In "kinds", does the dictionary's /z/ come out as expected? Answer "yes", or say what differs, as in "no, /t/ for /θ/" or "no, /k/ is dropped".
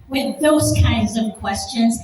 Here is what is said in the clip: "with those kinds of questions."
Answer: yes